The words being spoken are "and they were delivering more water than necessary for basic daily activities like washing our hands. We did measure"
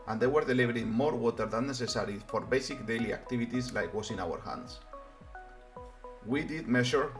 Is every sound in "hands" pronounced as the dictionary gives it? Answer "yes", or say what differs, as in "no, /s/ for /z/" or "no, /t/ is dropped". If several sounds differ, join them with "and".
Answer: no, /s/ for /z/